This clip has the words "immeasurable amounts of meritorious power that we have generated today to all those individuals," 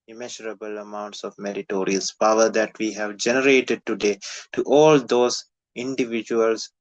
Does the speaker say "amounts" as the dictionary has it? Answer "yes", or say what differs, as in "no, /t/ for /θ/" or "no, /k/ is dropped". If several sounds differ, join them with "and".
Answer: yes